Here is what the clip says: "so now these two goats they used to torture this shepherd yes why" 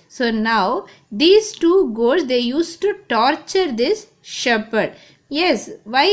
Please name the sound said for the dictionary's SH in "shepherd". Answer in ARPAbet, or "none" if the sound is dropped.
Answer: SH